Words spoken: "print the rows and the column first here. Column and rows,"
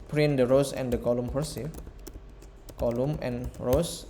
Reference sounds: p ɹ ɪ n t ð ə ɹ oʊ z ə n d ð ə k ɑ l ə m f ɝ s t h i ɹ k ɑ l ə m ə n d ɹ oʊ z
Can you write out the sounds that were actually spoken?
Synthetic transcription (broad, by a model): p ɹ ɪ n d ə ɹ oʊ s ə n d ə k ɑ l ə m p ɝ s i k ɑ l ə m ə n ɹ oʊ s